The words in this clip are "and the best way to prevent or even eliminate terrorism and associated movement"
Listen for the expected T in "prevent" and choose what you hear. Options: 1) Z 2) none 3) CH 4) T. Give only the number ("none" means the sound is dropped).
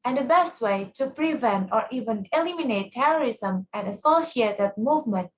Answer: 4